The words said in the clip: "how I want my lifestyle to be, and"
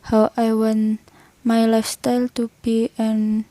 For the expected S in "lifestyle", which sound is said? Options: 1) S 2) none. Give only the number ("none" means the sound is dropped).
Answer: 1